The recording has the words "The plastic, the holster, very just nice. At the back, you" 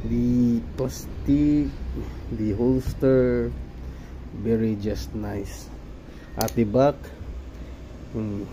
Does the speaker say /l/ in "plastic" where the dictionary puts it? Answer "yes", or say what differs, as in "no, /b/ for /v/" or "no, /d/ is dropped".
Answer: no, /l/ is dropped